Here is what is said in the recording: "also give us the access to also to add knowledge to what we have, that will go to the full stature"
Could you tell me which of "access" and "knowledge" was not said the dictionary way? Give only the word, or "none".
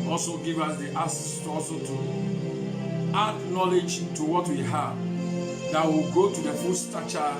access